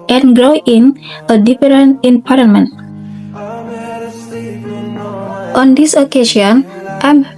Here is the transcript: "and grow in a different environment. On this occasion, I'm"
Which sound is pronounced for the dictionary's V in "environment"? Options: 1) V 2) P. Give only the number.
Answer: 2